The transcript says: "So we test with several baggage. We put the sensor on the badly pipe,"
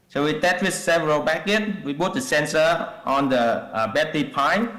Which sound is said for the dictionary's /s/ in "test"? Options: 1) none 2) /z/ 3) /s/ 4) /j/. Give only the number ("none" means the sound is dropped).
1